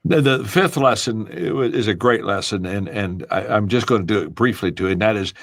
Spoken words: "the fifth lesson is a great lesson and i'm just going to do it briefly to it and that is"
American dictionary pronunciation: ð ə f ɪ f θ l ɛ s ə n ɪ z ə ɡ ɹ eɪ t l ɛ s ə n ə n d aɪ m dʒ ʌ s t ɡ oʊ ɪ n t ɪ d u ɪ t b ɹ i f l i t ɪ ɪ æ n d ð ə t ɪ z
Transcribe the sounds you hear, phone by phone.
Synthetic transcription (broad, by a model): ð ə f ɪ f θ l ɛ s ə n ɪ z ə ɡ ɹ eɪ t l ɛ s ə n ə n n aɪ m dʒ ʌ s ɡ oʊ ɪ n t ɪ d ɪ ɪ t b ɹ i f l i t ɪ ɪ n ð ə t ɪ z